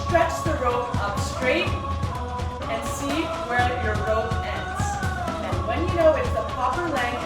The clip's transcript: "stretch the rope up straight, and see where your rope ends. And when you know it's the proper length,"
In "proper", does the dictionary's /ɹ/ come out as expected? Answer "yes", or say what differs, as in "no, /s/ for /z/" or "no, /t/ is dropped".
no, /ɹ/ is dropped